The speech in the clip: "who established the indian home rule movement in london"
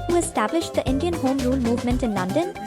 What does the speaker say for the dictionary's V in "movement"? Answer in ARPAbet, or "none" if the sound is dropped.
V